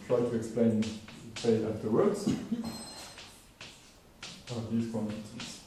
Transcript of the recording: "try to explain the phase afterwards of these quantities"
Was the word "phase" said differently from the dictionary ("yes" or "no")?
yes